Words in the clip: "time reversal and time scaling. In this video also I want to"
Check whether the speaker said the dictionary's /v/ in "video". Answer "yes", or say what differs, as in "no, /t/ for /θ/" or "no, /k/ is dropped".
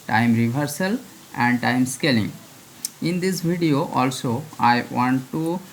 no, /b/ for /v/